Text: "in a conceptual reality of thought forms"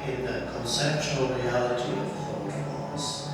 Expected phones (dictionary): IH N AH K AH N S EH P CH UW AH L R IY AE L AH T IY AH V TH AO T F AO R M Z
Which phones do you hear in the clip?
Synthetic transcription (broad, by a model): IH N AH K AH N S EH P CH UW AH L R IY AE L AH T IY AH V F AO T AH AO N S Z